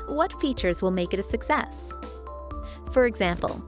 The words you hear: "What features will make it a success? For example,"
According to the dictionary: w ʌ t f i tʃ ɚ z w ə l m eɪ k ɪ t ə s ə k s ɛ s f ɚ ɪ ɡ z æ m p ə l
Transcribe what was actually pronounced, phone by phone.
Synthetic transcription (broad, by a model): w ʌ t f i tʃ ɚ z w ə l m eɪ k ɪ t ə s ə k s ɛ s f ɚ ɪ ɡ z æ m p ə l